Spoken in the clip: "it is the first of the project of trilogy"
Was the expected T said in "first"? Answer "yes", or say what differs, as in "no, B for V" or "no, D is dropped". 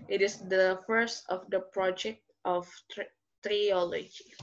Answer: yes